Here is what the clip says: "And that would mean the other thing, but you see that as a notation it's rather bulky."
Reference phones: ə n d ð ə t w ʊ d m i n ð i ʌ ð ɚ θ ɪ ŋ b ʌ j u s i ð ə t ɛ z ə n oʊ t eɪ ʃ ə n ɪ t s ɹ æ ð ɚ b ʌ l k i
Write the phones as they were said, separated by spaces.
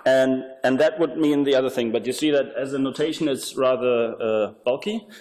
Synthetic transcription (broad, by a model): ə n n ð ə t w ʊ d m i n ð i ʌ ð ɚ θ ɪ ŋ b ʌ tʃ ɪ s i ð ə t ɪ z ə n oʊ t eɪ ʃ ə n ɪ t s ɹ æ ð ɚ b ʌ l k i